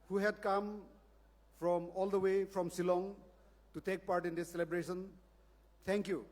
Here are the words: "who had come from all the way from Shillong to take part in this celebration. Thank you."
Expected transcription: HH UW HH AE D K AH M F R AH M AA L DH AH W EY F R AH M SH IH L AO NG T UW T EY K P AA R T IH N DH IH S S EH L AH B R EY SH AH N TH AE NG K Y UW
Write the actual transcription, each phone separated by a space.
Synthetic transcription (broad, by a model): HH UW HH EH D K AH M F R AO M AA L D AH W EY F R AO M S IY L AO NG T UW T EY K P AA R T IH N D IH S S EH L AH B R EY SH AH N T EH NG K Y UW